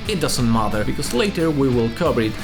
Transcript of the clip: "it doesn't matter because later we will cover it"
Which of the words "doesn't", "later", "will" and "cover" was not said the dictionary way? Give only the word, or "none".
cover